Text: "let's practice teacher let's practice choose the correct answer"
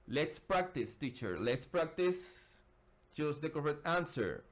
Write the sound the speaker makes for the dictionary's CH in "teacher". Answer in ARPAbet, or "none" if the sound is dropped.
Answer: CH